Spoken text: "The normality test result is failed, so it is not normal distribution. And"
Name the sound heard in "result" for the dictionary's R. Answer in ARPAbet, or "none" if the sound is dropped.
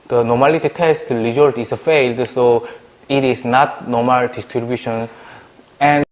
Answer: L